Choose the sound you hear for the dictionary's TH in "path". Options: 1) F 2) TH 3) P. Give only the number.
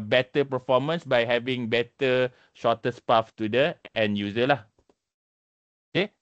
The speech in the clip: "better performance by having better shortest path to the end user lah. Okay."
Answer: 1